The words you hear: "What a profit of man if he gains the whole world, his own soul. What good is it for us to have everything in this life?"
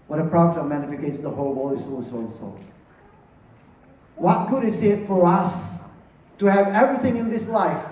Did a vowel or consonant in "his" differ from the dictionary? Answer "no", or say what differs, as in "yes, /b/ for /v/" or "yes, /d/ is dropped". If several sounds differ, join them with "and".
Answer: yes, /s/ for /z/